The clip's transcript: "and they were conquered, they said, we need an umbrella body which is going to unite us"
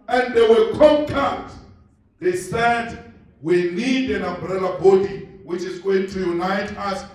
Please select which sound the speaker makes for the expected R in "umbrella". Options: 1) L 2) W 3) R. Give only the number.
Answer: 3